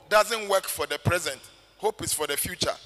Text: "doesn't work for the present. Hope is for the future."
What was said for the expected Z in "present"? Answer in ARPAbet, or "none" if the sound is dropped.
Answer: Z